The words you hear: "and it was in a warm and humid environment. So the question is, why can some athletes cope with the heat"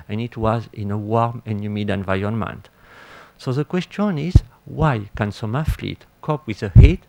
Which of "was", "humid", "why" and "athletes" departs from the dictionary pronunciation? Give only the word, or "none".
athletes